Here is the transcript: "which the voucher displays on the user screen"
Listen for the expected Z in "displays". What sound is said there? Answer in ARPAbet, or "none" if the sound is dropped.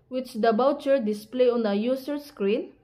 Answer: none